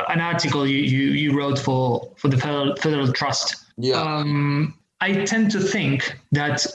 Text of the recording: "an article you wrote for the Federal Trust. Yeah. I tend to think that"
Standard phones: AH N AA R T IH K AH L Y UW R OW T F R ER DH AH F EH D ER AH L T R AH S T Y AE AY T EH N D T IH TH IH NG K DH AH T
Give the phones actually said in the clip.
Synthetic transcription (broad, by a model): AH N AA R T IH K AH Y Y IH R OW T F R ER DH AH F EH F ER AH L T R AH S T Y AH AY T EH N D T IH TH IH NG K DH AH T